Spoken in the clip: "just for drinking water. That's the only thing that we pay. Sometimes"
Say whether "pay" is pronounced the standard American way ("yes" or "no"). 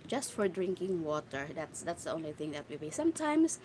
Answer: no